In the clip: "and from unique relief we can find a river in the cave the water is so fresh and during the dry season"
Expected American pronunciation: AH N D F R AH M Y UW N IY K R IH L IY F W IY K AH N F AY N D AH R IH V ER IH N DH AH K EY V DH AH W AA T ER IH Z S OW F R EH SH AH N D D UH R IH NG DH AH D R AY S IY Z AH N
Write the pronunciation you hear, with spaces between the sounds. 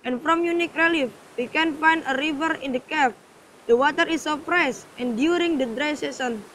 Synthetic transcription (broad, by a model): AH N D F R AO M Y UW N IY K R IH L IY F W IY K AH N F AY N D AH R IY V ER IH N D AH K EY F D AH W AA T ER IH S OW P R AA S AH N D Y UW R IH NG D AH D R AY S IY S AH N